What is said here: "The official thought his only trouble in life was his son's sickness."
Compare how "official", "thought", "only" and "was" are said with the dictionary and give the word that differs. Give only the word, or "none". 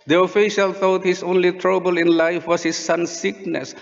was